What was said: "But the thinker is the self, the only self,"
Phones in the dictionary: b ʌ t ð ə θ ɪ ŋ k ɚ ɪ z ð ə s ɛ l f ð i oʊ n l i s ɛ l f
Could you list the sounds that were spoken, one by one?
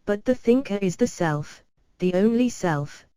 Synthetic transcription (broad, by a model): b ʌ t ð ə θ ɪ ŋ k ɚ ɪ z ð ə s ɛ l f ð i oʊ n l i s ɛ l f